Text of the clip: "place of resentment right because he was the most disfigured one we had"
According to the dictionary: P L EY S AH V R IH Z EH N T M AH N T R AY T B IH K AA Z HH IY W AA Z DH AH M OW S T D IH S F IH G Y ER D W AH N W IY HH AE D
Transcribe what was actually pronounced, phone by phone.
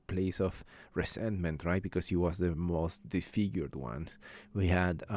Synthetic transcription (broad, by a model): P L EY S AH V R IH S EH N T M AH N T R AY T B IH K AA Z HH IY W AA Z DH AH M OW S T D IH S F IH G Y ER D W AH N W IY HH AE D